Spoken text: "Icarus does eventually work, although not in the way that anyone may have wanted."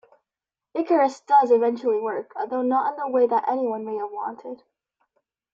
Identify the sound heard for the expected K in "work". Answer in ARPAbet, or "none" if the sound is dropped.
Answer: K